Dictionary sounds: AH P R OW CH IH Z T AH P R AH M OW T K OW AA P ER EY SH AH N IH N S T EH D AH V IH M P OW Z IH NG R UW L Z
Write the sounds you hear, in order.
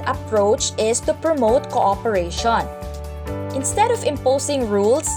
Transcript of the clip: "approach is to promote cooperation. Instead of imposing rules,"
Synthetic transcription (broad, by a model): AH P R OW CH IH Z T AH P R AH M OW T K OW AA P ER EY SH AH N IH N S T EH D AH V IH M P OW S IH NG R UW L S